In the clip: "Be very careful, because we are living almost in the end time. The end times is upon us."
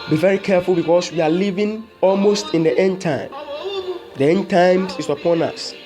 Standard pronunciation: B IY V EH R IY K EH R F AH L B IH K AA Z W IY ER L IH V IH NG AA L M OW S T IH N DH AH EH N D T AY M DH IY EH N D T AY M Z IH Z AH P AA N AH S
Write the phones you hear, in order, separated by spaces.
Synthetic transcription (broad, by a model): B IY V EH R IY K EH R F AH L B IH K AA S W IY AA L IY V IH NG AA L M OW S T IH N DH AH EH N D T AY M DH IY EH N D T AY M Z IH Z AH P AA N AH S